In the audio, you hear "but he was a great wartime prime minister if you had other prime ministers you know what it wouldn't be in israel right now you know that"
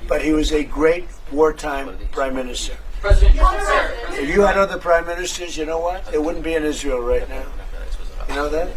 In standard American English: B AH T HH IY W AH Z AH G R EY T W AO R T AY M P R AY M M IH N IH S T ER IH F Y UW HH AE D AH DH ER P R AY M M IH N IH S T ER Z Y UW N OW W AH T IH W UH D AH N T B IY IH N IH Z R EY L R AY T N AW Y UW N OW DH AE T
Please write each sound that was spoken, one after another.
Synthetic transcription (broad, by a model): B AH T HH IY W AH Z AH G R EY T W AO R T AY M P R AY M M IH N IH S T ER IH F Y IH D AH DH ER P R AY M M IH N IH S T ER Z Y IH N OW W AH T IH W UH D N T B IY IH N IH Z R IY L R AY T N AW Y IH N OW DH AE T